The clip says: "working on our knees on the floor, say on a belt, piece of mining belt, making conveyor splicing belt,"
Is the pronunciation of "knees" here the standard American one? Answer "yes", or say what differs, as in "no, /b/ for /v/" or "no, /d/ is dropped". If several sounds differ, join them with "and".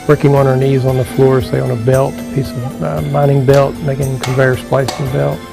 yes